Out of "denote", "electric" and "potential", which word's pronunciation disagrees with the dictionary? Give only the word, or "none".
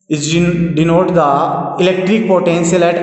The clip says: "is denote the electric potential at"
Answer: potential